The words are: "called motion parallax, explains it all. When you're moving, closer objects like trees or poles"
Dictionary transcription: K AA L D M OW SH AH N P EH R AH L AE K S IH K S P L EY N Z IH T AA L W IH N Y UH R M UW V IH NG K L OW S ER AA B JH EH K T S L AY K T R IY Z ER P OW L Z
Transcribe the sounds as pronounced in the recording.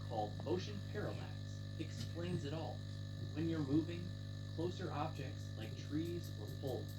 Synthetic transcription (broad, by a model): K AA L D M OW SH AH N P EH R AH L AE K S IH K S P L EY N Z IH T AA L W IH N Y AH R M UW V IH NG K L OW S ER AA B JH EH K T S L AY K T R IY Z ER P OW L